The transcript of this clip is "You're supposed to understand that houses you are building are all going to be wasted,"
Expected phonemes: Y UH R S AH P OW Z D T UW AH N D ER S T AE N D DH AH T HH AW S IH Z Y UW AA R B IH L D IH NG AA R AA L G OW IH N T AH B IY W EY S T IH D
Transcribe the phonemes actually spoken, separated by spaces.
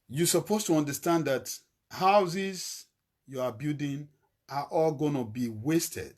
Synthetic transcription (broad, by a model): Y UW S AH P OW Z T UW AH N D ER S T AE N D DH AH T HH AW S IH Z Y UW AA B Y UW D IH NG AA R AA L G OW N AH B IY W EY S T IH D